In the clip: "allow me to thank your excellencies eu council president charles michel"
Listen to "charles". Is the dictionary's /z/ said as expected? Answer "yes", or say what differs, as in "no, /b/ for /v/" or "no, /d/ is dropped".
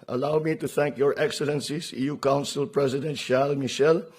no, /z/ is dropped